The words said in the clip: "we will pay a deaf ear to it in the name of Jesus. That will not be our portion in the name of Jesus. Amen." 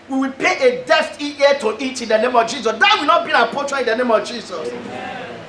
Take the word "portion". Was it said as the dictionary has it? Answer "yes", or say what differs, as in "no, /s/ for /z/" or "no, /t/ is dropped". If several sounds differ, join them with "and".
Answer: no, /n/ is dropped